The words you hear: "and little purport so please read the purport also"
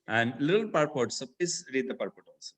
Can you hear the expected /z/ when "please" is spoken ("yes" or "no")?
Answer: no